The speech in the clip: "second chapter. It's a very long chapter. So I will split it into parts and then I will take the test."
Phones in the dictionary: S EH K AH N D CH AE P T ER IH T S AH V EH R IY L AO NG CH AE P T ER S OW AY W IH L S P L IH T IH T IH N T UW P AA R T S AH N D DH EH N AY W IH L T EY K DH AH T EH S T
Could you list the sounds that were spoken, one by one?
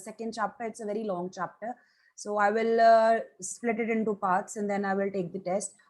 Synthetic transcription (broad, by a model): S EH K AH N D CH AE P T ER IH T S AH V EH R IY L AO NG CH AE P T ER S OW AY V IH L S P L IH T IH T IH N T UW P AA R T S AH N D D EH N AY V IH L T EY K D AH T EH S T